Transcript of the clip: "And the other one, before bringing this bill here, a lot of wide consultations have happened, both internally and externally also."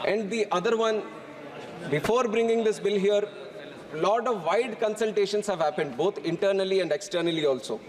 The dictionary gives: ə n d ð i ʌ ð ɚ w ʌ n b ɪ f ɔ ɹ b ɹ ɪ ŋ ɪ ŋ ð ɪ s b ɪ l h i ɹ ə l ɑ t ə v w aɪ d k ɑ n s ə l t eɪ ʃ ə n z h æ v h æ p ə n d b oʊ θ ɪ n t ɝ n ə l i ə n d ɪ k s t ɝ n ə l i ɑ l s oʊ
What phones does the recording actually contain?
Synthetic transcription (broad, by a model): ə n d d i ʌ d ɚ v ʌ n b ɪ f ɔ ɹ b ɹ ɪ ŋ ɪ ŋ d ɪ s b ɪ l h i ɹ l ɑ t ə v aɪ d k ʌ n s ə l t eɪ ʃ ə n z h æ v h æ p ə n d b oʊ t ɪ n t ɝ n ə l i ə n d ɪ k s t ɝ n ə l i ɑ l s oʊ